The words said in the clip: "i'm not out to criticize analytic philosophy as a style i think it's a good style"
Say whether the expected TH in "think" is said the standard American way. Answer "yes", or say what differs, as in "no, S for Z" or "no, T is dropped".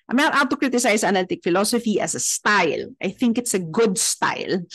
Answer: yes